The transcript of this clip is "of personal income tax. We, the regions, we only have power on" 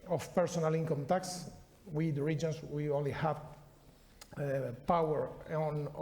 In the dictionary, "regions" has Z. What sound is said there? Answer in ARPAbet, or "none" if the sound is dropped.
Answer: S